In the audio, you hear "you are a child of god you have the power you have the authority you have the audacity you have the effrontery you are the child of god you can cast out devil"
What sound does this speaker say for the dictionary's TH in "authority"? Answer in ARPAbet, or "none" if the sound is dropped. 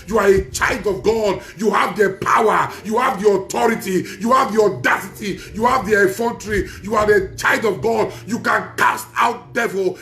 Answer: T